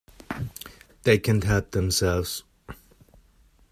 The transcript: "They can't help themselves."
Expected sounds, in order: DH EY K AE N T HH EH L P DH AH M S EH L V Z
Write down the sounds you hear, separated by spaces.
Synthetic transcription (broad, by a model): DH EY K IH N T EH P DH AH M S EH L V Z